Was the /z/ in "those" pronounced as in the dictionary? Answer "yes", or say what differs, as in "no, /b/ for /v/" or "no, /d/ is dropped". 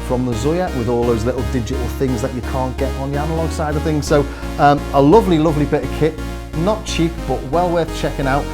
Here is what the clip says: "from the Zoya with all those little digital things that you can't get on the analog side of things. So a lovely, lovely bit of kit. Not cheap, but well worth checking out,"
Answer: yes